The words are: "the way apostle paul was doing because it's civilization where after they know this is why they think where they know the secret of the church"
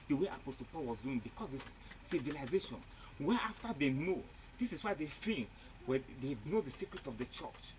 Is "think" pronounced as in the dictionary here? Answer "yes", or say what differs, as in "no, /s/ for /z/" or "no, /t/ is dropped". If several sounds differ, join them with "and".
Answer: no, /f/ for /θ/